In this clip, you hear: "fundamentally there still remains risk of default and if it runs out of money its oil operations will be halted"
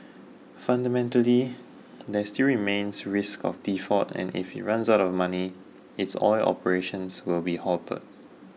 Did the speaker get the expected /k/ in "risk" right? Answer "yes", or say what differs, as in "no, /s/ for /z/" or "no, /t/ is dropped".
yes